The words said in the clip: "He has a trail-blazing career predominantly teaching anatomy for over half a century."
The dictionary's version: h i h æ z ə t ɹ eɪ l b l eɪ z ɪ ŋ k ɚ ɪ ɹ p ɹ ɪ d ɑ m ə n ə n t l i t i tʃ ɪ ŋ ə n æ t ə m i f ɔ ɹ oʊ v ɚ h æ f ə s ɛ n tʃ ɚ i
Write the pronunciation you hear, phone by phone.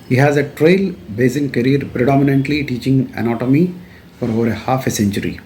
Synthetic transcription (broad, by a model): h i h æ z ə t ɹ eɪ l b eɪ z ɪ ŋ k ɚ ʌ ɹ p ɹ ɪ d ɑ m ə n ə n t l i t i tʃ ɪ ŋ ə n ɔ t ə m i f ɔ ɹ oʊ v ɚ h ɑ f ə s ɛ n tʃ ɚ i